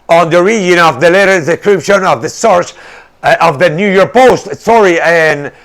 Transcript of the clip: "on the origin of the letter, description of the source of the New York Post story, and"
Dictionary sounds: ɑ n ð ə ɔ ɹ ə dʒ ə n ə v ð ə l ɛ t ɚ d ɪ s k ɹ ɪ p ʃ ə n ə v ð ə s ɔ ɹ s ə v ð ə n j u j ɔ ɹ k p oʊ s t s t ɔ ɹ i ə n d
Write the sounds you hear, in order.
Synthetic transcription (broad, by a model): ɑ n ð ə ɹ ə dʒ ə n ə v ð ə l ɛ t ɚ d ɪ k ɹ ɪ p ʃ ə n ə v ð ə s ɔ ɹ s ə v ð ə n j u j ɔ ɹ k p oʊ s t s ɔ ɹ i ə n